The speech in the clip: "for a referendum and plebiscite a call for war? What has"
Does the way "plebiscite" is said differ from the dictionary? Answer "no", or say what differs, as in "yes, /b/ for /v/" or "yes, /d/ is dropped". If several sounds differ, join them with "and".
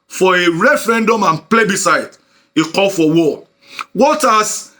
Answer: no